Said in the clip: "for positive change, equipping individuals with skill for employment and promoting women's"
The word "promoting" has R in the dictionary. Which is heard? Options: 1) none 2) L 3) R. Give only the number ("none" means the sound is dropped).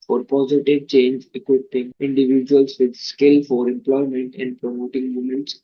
3